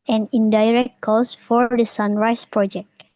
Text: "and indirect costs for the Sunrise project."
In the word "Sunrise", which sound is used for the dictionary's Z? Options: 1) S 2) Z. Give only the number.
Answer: 1